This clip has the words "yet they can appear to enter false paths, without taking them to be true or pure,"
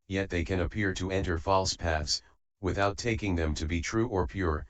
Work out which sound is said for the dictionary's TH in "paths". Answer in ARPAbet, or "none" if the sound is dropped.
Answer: TH